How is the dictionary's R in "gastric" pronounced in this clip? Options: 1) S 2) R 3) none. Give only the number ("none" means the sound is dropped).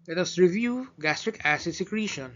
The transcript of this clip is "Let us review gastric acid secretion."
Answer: 2